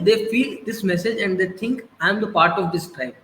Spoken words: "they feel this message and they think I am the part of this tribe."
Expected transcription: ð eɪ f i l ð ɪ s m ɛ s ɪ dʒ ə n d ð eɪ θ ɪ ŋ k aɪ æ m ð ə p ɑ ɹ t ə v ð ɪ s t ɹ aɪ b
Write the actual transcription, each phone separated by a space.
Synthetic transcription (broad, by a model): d eɪ f i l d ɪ s m ɛ s ɪ dʒ ə n d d eɪ t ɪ ŋ k aɪ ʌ m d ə p ɑ ɹ t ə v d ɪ s t ɹ aɪ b